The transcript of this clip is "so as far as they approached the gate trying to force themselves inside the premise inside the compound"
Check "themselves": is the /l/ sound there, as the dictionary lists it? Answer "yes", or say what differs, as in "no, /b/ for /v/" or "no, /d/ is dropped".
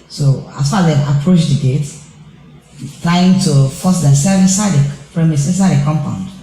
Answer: no, /l/ is dropped